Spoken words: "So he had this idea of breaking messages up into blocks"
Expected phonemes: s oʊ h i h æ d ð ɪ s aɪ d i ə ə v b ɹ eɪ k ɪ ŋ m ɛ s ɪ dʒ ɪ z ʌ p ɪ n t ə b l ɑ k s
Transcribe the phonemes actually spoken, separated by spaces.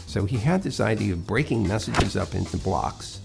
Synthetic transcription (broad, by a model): s oʊ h i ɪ d ð ɪ s aɪ d i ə ə v b ɹ eɪ k ɪ ŋ m ɛ s ɪ dʒ ɪ z ʌ p ɪ n t ə b l ɑ k s